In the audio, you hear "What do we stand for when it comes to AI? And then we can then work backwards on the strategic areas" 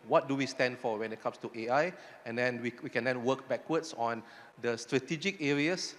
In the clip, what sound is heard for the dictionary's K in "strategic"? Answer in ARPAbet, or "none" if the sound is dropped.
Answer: K